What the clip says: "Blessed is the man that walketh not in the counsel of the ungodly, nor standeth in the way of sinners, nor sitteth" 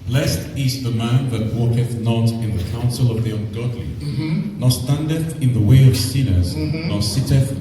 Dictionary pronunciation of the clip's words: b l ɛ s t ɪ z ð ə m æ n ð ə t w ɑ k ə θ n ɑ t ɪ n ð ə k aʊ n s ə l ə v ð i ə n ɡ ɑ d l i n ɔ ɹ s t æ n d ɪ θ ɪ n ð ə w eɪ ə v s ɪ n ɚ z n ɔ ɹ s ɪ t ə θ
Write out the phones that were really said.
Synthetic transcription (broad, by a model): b l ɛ s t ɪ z ð ə m æ n ð ə t w ɑ k ə θ n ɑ t ɪ n ð ə k aʊ n s ə l ə v ð i ə n ɡ ɑ d l i n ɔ s t æ n d ɪ θ ɪ n ð ə w eɪ ə v s ɪ n ɚ z n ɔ s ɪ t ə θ